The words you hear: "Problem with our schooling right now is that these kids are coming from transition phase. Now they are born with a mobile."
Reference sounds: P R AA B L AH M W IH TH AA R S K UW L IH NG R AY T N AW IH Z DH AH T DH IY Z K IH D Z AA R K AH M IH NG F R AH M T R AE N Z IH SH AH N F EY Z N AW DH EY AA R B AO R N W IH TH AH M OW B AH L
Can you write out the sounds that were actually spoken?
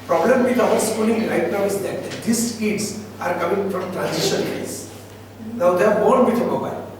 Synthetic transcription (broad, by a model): P R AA B L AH M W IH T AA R S K UW L IH NG R AY T N AW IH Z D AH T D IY S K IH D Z AA R K AH M IH NG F R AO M T R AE N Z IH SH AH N P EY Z N AW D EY AA R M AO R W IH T AH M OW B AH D